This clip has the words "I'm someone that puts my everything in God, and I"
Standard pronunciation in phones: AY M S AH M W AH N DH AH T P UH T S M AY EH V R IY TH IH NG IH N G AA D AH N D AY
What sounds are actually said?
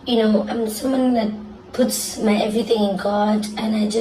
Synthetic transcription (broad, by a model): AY M S AH M W AH N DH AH T P UH T S M AY EH V R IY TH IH NG IH N G AA D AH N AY